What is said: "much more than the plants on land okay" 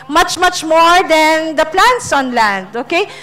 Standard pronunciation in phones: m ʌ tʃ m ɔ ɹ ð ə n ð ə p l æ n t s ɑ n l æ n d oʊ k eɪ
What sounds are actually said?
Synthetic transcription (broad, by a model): m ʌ tʃ m ɔ ɹ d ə n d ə p l æ n t s ɑ n l æ n d oʊ k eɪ